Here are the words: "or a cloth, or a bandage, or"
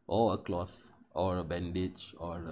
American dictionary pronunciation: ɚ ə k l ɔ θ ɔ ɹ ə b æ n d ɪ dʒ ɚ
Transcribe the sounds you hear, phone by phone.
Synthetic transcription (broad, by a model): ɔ ə k l ɔ θ ɔ ɹ ə b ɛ n d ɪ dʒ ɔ